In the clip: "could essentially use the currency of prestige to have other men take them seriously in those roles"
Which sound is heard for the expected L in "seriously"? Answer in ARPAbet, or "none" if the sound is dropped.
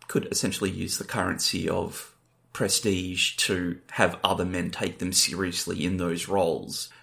L